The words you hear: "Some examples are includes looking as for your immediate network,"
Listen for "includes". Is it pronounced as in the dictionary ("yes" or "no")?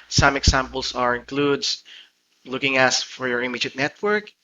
no